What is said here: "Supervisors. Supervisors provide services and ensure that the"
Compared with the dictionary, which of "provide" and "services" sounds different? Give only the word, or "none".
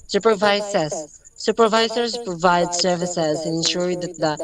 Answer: none